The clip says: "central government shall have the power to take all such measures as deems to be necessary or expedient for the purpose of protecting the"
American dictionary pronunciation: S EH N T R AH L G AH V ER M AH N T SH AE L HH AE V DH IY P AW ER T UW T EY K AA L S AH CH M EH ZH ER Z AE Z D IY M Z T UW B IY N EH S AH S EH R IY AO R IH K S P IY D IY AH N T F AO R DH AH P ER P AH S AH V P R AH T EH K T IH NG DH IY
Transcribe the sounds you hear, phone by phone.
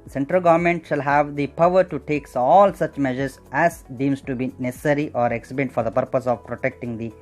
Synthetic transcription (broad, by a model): S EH N T R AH L G AH V ER M AH N T SH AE L HH AE V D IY P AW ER T UW T EY K AA L S AH CH M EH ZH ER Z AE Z D IY M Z T UW B IY N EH S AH S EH R IY AO R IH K S IY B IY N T F AO R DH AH P ER P AH S AH V P R AH T EH K T IH NG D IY